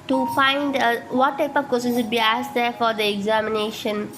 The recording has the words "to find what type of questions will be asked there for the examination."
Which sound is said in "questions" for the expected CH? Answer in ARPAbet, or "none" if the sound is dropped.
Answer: none